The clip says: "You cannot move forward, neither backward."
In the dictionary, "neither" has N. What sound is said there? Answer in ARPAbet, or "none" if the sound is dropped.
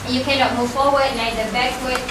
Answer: L